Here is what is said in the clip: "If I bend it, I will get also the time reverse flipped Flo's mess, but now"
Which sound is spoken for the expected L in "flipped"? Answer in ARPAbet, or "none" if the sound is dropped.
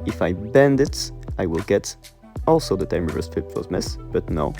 none